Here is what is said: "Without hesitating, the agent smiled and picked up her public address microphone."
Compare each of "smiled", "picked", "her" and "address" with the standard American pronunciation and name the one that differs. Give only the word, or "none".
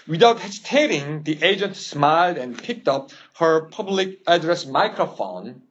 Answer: none